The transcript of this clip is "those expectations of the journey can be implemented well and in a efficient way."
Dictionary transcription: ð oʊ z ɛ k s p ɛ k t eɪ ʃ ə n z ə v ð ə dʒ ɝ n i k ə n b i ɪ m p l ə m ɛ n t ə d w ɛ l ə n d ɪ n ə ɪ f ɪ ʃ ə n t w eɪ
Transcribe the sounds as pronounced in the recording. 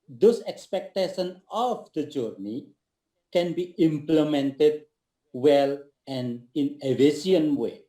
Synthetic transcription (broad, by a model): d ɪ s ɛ k s p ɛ k t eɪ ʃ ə n ə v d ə dʒ ɝ n i k ə n b i ɪ m p l ə m ɛ n t ə d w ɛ l ə n d ɪ n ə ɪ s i ə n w eɪ